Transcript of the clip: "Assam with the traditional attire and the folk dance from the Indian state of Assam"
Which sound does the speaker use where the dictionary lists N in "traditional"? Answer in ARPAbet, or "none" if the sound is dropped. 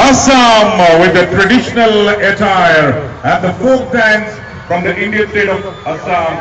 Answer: N